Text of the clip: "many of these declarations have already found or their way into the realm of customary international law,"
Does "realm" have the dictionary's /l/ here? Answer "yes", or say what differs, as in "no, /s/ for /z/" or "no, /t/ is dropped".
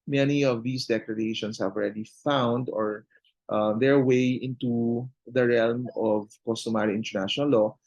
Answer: yes